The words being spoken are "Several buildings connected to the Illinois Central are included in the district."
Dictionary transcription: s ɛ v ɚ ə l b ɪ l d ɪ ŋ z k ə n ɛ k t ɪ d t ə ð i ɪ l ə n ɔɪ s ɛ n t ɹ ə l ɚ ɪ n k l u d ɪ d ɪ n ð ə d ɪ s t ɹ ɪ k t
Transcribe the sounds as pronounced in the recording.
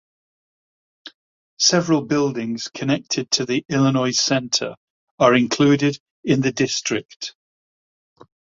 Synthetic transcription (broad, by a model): s ɛ v ɚ ə l b ɪ l d ɪ ŋ z k ə n ɛ k t ɪ d t ə ð i ɪ l ə n ɔɪ s ɛ n t ə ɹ ɚ ɪ n k l u d ɪ d ɪ n ð ə d ɪ s t ɹ ɪ k t